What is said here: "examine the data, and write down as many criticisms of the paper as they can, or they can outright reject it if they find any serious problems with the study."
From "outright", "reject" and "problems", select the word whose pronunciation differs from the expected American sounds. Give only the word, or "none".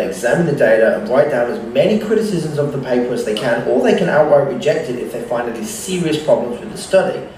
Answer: outright